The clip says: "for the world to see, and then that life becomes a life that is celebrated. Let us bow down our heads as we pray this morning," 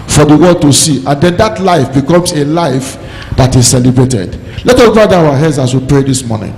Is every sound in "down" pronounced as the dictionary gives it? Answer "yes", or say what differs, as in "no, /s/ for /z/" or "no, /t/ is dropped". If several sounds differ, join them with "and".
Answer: no, /n/ is dropped